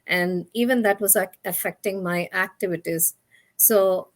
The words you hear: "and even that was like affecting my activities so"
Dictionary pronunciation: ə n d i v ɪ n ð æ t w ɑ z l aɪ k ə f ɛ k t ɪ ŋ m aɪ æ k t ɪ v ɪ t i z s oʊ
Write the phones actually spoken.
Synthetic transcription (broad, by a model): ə n d i v ɪ n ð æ t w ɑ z l aɪ k ə f ɛ k t ɪ ŋ m aɪ æ k t ɪ v ɪ t i z s oʊ